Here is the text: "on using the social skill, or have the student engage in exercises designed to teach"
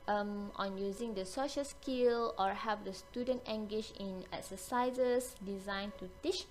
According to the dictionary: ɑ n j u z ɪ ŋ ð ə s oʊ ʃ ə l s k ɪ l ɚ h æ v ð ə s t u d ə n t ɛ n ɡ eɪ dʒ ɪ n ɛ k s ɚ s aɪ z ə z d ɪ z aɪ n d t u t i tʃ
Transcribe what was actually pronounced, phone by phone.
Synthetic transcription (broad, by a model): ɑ n j u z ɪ ŋ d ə s oʊ ʃ ə l s k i l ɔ h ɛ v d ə s t u d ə n t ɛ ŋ ɡ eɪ ʃ ɪ n ɛ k s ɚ s aɪ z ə s d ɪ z aɪ n t u t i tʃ